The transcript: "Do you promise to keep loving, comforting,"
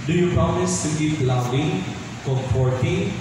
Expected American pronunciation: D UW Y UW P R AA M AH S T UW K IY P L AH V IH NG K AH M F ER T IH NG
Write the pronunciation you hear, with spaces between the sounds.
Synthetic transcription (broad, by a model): D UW Y UW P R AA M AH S T UW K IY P L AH B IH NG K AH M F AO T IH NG